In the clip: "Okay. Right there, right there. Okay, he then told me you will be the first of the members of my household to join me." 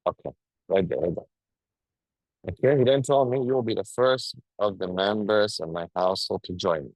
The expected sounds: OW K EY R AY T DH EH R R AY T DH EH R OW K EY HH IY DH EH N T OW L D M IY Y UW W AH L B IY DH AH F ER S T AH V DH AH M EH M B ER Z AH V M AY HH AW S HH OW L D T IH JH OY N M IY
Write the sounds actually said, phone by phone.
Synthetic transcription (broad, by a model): OW K EY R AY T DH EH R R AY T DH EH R OW K EY HH IY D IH N T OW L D M IY Y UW W AH L B IY DH AH F ER S T AH V DH AH M EH M B ER Z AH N M AY HH AW S HH OW L D T IH JH OY N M IY